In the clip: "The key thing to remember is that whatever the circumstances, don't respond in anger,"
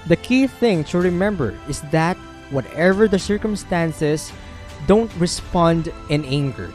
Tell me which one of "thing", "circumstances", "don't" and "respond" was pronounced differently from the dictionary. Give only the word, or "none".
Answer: circumstances